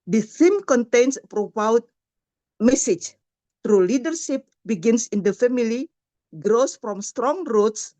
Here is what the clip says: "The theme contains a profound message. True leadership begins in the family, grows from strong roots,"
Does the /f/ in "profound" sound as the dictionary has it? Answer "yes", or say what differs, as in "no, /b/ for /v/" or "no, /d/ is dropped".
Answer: no, /p/ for /f/